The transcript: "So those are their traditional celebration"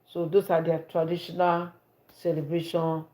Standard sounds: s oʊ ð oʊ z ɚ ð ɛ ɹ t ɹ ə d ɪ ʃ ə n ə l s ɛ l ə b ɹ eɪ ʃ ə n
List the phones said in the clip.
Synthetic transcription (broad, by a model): s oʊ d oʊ s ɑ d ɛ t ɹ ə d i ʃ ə n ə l s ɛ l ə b ɹ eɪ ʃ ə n